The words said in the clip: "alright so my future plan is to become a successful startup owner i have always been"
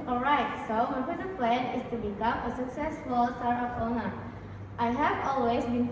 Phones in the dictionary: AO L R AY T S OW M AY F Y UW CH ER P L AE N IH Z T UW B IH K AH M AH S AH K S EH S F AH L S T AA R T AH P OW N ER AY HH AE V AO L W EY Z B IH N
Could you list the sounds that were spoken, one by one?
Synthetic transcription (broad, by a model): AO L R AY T S OW M AY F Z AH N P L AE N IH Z T UW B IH K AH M AH S AH K S EH S F AH L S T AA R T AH F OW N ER AY HH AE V AO L W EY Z B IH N